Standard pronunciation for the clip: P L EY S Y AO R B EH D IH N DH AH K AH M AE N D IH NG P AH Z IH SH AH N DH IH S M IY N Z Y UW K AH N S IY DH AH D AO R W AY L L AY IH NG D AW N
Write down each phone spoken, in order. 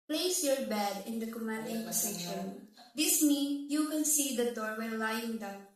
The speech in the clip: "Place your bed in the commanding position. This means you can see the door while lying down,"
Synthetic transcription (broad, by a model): P L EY S Y AO R B EH D IH N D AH K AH M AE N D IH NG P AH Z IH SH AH N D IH S M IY N Y UW K AH N S IY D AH D AO R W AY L L AY IH NG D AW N